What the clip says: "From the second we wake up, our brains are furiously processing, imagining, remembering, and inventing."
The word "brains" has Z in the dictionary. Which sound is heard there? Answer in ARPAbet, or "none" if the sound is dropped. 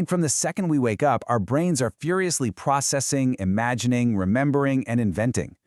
Z